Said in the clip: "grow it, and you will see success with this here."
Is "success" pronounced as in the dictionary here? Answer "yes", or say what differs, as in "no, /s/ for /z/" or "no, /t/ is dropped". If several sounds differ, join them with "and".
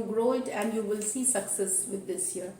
yes